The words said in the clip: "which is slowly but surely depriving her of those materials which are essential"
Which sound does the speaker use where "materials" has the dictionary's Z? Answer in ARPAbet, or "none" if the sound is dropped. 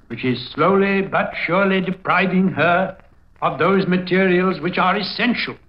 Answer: Z